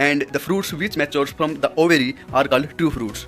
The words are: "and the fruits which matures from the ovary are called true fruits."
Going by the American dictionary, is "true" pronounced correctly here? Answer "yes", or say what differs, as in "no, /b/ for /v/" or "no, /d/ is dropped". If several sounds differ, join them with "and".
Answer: no, /ɹ/ is dropped